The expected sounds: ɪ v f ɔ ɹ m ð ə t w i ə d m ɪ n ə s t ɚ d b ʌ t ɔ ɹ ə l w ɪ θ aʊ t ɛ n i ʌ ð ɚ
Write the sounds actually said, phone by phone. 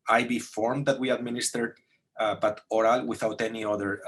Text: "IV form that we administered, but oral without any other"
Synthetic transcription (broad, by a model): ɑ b f ɔ ɹ m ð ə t w i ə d m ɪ n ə s t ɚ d b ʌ t ɔ ɹ ə l w ɪ θ aʊ t ɛ n i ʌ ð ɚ